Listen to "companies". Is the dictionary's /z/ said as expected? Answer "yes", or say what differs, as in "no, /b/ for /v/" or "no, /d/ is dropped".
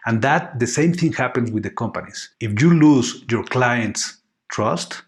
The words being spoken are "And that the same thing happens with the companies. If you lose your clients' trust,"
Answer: no, /s/ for /z/